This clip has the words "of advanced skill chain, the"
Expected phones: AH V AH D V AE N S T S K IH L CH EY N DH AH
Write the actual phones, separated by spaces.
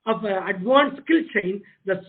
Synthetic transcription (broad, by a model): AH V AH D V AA N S S K IH L CH EY N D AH